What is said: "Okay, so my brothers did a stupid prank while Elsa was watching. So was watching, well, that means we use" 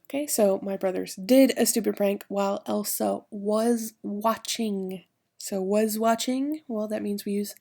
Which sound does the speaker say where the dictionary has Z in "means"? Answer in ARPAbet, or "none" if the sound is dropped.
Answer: Z